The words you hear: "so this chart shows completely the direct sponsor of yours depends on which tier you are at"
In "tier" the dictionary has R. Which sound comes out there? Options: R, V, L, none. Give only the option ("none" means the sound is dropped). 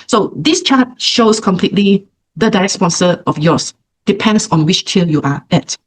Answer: L